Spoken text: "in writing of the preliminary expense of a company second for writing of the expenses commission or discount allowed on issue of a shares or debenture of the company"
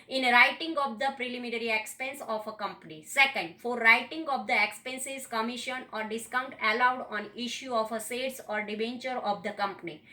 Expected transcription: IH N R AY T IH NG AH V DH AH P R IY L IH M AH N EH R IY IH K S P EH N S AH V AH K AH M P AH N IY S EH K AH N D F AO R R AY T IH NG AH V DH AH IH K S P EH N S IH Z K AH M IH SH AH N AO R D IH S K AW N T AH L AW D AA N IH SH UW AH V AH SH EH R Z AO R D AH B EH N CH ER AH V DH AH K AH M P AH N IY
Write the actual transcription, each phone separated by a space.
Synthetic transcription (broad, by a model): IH N R AY T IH NG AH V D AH P R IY L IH M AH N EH R IY IH K S P EH N S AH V AH K AH M P AH N IY S EH K AH N D F AO R R AY T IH NG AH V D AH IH K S P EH N S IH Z K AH M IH SH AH N AO R D IH S K AW N T AH L AW D AA N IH SH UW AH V AH S EH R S AO R D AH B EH N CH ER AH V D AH K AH M P AH N IY